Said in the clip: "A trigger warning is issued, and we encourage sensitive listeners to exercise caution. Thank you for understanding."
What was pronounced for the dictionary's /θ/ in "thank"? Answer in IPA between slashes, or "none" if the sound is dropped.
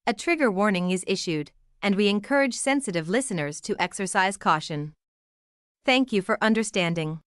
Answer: /θ/